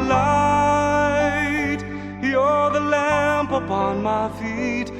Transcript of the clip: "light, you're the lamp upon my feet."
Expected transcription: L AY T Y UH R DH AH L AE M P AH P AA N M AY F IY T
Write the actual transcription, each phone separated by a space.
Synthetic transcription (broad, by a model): L AY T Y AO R DH AH L AE M P AH P AA N M AY F IY T